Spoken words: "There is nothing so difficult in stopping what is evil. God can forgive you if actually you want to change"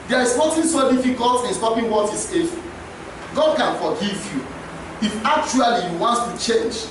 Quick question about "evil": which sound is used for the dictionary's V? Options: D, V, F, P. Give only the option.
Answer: F